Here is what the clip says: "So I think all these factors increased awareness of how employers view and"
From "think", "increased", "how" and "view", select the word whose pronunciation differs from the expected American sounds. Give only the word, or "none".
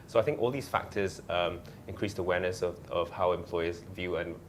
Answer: none